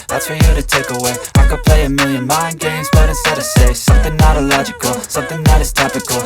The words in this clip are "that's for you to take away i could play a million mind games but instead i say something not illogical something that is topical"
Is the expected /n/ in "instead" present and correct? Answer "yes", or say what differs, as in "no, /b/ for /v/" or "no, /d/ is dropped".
no, /n/ is dropped